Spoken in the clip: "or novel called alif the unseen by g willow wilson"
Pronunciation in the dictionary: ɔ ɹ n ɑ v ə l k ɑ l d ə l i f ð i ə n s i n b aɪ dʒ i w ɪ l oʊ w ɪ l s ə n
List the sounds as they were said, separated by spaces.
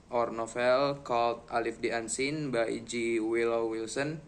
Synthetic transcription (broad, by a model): ɔ ɹ n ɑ f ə l k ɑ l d ə l i f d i ə n s i n b aɪ dʒ i w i l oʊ w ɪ l s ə n